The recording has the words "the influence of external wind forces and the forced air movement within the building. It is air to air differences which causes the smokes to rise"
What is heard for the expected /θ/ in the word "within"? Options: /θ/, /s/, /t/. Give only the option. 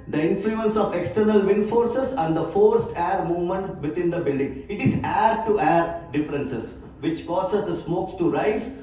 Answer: /t/